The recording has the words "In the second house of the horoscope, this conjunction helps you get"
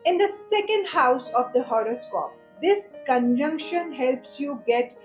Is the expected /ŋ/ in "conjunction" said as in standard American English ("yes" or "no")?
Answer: yes